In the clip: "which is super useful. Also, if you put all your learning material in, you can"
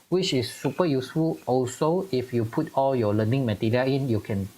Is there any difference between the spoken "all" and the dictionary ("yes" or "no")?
no